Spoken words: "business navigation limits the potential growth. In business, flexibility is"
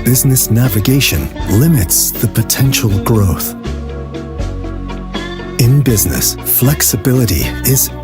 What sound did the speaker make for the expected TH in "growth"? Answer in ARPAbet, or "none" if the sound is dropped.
TH